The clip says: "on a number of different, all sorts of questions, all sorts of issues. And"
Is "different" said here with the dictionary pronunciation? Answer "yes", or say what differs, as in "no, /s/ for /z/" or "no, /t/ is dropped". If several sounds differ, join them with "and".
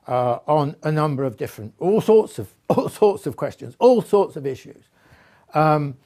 yes